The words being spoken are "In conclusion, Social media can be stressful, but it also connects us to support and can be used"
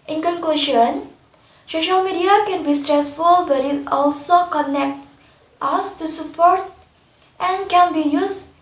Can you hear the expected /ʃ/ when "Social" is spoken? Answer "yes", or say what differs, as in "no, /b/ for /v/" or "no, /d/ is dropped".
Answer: yes